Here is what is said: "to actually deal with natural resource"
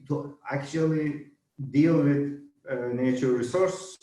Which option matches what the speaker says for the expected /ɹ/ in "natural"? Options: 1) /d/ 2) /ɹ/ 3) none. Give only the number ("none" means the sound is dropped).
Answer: 3